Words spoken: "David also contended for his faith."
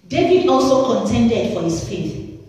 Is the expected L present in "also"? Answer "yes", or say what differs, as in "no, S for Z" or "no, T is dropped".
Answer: yes